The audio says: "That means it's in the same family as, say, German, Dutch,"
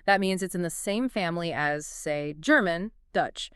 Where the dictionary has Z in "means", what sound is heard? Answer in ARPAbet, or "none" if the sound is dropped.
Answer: Z